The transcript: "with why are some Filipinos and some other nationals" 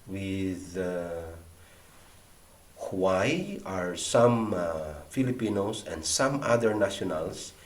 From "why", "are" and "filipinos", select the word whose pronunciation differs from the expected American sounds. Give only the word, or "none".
filipinos